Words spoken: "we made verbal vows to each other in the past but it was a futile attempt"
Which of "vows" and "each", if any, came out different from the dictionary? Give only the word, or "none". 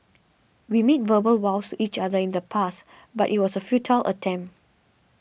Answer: vows